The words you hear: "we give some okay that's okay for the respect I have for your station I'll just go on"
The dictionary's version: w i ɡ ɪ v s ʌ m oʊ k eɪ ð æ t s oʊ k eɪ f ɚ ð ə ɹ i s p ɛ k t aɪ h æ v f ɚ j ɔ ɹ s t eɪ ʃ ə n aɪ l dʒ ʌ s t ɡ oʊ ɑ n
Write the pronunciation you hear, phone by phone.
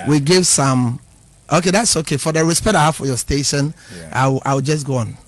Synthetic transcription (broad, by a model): w i ɡ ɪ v s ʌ m oʊ k eɪ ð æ t s oʊ k eɪ f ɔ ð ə ɹ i s p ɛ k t aɪ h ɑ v f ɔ j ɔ s t eɪ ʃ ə n aɪ w dʒ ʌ s ɡ oʊ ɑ n